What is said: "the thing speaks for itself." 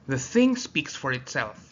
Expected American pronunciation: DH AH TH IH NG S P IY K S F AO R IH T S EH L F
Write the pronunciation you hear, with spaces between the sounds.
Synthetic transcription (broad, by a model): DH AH TH IH NG S P IY K S F AO R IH T S EH L F